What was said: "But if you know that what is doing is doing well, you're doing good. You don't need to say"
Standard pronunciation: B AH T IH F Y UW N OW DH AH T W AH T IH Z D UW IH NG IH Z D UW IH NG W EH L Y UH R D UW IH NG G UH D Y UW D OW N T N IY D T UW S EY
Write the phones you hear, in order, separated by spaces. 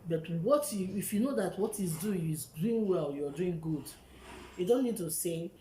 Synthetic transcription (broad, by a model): B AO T IH F Y UW N OW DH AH T W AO T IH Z D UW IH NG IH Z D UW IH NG W EH L Y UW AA D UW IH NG G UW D Y UW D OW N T N IY D T UW S EY